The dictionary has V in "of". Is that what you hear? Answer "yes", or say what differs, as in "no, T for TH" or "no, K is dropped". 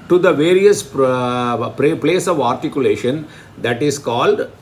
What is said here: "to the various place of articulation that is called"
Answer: yes